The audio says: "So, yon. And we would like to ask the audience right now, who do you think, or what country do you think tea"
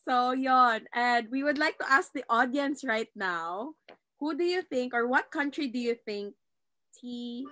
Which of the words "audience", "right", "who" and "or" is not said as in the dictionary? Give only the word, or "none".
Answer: none